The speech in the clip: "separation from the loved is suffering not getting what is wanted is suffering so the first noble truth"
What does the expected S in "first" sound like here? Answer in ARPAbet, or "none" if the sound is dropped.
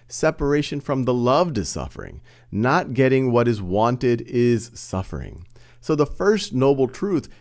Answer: S